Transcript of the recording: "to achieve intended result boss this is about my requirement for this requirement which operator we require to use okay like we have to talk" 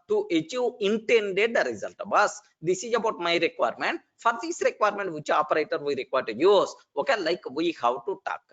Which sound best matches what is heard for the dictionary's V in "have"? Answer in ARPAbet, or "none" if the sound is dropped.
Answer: W